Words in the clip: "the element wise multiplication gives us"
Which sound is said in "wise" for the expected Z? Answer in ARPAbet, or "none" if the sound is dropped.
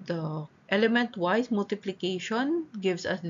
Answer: S